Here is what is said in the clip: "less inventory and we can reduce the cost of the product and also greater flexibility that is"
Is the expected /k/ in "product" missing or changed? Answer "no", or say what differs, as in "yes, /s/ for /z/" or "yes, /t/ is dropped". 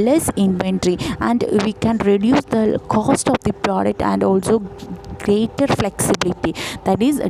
no